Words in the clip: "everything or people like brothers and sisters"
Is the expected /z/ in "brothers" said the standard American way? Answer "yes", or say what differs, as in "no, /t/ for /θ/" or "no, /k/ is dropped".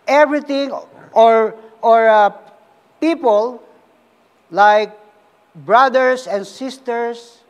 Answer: no, /s/ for /z/